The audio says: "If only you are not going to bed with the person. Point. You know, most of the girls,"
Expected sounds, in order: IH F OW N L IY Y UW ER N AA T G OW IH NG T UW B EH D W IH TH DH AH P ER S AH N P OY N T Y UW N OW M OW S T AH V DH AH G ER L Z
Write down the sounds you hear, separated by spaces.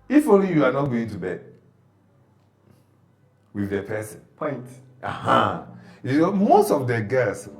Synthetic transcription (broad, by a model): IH F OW L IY Y UW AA N AA T G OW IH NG T UW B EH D W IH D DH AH P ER S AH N P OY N T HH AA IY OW M OW S T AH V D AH G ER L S